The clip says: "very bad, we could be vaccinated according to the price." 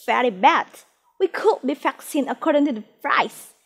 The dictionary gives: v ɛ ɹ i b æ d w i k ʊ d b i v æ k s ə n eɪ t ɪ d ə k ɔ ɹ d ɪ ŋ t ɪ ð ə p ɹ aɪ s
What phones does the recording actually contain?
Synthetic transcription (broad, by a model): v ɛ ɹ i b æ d w i k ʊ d b i f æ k s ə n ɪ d ə k ɔ ɹ d ɪ ŋ t ɪ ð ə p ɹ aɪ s